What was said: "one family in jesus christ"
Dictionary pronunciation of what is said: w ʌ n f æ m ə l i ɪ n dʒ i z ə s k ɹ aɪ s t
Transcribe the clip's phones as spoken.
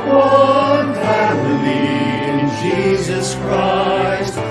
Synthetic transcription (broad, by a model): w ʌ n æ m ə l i ɪ n dʒ i z ə s k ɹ aɪ s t